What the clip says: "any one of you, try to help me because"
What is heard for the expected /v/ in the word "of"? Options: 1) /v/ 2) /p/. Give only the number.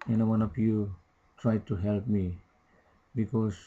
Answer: 2